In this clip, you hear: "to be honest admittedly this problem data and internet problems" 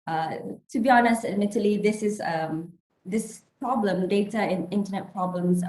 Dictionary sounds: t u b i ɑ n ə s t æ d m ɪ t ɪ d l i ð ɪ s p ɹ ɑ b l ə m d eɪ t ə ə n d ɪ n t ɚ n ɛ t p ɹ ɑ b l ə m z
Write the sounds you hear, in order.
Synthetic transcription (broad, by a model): t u b i ɑ n ə s t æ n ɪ t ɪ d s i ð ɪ s p ɹ ɑ b l ə m d eɪ t ə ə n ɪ n t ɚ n ɛ t p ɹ ɑ b l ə m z